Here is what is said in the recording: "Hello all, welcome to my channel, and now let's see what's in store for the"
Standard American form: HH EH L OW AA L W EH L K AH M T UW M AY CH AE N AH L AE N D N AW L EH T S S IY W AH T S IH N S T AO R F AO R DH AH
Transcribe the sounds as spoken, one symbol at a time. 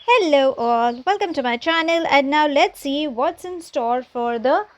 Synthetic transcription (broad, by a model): HH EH L OW AA L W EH L K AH M T UW M AY CH AE N AH L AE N D N AW L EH T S S IY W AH T S IH N S T AO R F AO R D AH